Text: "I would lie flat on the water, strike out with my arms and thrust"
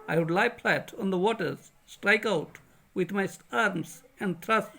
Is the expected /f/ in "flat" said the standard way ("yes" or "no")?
no